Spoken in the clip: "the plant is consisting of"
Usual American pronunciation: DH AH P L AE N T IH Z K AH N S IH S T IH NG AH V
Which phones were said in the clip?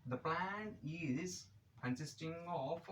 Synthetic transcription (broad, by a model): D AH P L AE N IH Z K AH N S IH S T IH NG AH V